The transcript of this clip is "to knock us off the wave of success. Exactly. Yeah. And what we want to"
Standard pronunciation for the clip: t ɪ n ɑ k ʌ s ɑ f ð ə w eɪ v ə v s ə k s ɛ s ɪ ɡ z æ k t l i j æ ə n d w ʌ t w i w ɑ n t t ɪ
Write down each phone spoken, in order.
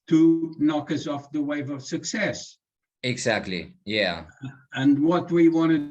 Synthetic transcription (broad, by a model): t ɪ n ɑ k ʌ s ɑ f ð ə w eɪ v ə v s ə k s ɛ s ɪ ɡ z æ k t l i j æ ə n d w ʌ t w i w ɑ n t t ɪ